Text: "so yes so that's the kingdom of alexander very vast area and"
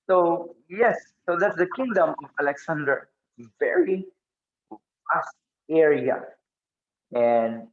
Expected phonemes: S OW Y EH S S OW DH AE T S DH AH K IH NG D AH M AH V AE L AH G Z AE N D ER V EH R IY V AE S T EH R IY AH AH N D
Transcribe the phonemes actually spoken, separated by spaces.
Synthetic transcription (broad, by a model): S OW Y EH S S OW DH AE T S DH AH K IH NG D AH M AH V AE L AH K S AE N D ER V EH R IY F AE S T EH R IY AH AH N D